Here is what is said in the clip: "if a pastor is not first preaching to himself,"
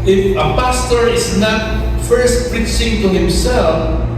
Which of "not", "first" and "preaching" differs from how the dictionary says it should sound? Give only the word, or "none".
preaching